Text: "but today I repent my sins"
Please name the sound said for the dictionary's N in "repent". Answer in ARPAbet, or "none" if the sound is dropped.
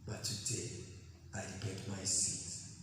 none